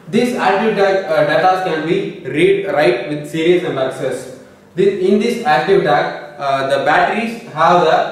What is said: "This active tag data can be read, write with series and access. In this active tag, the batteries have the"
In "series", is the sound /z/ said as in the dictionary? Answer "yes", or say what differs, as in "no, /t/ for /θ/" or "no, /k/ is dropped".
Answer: no, /z/ is dropped